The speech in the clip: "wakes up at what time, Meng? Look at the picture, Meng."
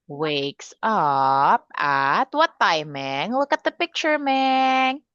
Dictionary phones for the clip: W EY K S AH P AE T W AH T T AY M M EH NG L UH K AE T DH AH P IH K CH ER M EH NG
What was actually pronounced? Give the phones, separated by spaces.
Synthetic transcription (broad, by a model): W EY K S AH P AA T W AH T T AY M M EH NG W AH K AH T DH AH P IH K CH ER M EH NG